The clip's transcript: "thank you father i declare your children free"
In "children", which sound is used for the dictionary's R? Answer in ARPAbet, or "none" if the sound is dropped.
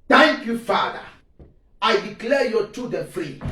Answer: none